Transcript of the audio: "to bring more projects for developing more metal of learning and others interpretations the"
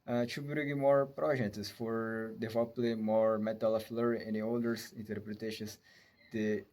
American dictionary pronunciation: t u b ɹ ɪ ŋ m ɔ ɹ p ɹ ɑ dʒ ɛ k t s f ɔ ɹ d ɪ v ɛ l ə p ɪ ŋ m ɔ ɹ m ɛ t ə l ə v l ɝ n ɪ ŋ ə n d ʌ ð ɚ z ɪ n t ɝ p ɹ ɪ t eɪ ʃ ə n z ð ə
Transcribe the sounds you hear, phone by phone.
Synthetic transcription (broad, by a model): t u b ɹ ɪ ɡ m ɔ ɹ p ɹ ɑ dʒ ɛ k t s f ɔ ɹ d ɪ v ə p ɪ m ɔ ɹ m ɛ t ə l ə f l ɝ ɪ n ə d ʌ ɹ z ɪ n t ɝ p ɹ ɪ t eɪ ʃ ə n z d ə